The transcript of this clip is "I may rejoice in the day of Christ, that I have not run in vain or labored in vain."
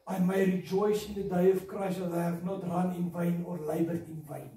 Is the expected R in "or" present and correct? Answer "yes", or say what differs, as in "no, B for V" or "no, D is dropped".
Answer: yes